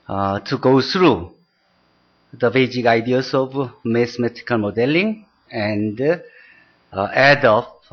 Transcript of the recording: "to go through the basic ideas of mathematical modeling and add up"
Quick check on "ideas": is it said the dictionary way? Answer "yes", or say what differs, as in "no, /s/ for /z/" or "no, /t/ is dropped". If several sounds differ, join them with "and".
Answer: no, /s/ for /z/